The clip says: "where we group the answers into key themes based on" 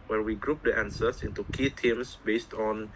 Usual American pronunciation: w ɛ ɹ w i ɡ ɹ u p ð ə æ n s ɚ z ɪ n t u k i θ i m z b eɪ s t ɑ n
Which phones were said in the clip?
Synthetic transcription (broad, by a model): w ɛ w i ɡ ɹ u p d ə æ n s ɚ s ɪ n t u k i t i m s b eɪ s t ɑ n